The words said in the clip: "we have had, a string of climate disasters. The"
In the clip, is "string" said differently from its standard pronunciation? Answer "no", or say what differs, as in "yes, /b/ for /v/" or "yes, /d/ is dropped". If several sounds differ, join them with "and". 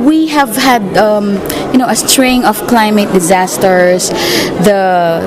no